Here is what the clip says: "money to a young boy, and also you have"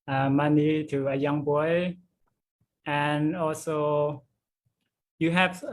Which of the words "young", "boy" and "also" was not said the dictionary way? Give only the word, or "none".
none